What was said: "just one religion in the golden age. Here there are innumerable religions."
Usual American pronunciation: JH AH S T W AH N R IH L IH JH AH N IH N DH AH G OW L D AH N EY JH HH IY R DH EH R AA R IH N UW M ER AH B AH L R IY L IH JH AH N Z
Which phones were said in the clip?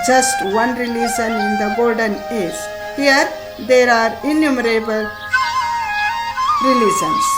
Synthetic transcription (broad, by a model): JH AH S T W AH N R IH L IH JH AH N IH N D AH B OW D D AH N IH Z HH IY R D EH R AA R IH N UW M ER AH B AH L R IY L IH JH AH N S